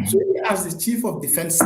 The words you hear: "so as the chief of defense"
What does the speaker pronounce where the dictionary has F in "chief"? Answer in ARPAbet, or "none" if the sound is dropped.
F